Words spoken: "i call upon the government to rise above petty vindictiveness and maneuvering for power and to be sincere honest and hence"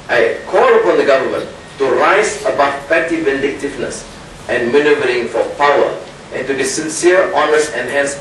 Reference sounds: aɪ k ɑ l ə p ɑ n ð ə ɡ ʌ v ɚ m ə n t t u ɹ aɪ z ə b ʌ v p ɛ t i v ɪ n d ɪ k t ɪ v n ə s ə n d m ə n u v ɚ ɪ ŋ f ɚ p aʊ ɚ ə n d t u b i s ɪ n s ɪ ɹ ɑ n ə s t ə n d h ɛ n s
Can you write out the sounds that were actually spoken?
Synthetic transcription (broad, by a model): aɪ k ɑ l ə p ɑ n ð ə ɡ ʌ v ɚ m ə n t t u ɹ aɪ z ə b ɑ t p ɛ t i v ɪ n d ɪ k t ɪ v n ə s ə n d m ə n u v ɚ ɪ ŋ f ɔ p aʊ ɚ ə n t u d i s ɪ n s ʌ ɹ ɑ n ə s ə n h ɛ n s